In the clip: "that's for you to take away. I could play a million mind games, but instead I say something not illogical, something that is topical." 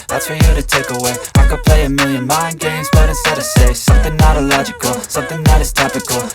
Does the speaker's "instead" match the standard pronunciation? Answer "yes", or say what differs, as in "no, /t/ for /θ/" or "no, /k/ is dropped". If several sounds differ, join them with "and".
no, /n/ is dropped